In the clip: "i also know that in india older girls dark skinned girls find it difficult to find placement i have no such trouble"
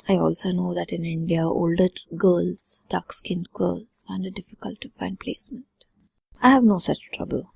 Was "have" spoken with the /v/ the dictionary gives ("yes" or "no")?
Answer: yes